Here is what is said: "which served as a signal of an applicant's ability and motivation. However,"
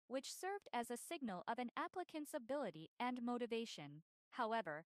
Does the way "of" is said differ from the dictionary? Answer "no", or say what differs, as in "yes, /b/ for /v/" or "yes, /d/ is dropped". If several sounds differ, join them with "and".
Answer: no